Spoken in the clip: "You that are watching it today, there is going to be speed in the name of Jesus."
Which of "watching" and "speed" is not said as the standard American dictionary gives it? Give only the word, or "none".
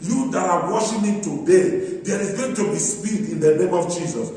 watching